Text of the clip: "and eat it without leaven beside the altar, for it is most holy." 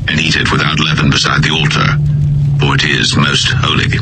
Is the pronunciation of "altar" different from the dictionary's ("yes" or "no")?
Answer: no